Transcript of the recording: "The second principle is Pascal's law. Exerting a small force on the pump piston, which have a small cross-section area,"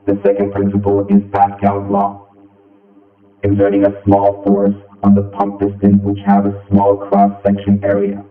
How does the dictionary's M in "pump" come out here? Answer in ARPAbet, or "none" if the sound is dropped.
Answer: M